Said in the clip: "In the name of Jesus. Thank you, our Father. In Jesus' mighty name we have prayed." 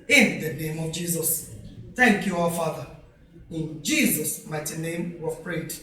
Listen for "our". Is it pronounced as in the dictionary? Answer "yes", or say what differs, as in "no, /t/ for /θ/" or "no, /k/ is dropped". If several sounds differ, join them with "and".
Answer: no, /w/ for /ɹ/